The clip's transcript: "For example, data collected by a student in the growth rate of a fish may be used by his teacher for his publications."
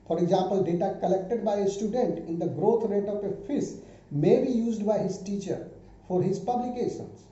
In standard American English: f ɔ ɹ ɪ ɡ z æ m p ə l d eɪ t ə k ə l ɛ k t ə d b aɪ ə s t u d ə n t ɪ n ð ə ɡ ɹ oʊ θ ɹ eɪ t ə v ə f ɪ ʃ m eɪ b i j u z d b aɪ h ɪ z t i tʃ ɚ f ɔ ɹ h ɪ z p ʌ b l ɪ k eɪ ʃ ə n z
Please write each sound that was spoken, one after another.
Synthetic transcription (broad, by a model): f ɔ ɹ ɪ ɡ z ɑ m p ə l d eɪ t ə k ə l ɛ k t ə d b aɪ ə s t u d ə n t ɪ n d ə ɡ ɹ oʊ t ɹ eɪ t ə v ə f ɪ s m eɪ b i j u z d b aɪ h ɪ z t i tʃ ɚ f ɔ ɹ h ɪ z p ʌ b l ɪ k eɪ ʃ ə n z